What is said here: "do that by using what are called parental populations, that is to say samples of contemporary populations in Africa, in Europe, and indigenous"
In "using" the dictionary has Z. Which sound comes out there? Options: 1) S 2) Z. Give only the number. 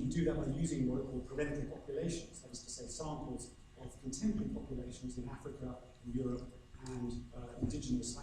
2